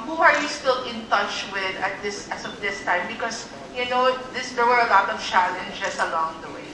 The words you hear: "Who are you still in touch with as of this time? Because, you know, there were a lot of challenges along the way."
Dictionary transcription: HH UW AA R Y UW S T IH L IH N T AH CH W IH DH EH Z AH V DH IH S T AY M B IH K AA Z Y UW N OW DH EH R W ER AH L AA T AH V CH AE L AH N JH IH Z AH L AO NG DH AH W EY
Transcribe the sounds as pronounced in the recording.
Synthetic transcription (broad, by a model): HH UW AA R Y UW S T IH L IH N T AH CH W IH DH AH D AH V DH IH S T AY M B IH K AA S Y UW N OW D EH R W ER AH L AA T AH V CH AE L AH N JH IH S AH L AO NG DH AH W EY